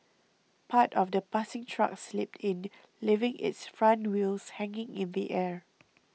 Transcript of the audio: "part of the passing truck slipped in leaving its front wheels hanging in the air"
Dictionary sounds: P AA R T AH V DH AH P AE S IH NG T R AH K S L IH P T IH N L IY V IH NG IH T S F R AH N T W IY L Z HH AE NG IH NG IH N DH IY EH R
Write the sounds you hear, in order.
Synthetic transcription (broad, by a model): P AA T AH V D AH P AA S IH NG T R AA K S L IH P T IH N L IY V IH NG IH T S F R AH N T W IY L S HH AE NG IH NG IH N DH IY EH R